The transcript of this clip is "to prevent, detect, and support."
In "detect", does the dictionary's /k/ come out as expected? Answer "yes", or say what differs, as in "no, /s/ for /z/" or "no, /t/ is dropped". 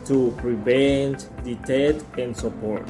no, /k/ is dropped